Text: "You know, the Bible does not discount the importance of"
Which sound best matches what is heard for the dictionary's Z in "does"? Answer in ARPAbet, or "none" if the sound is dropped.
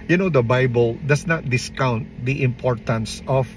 S